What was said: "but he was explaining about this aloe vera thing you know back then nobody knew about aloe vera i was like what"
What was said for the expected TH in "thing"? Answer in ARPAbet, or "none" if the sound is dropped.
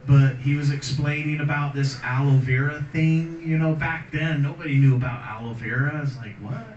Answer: TH